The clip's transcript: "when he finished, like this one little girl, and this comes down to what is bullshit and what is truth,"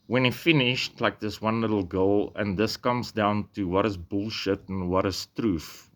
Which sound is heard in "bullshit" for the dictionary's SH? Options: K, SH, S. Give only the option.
SH